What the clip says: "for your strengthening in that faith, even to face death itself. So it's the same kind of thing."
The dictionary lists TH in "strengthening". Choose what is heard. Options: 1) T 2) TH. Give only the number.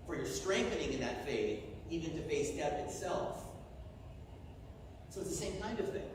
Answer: 2